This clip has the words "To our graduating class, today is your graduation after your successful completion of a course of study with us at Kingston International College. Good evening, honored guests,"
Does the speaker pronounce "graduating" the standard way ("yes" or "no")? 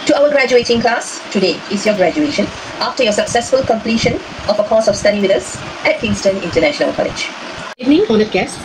yes